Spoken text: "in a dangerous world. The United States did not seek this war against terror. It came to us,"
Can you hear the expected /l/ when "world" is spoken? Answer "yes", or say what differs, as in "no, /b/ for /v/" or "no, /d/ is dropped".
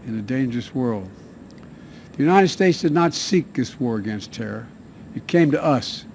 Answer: yes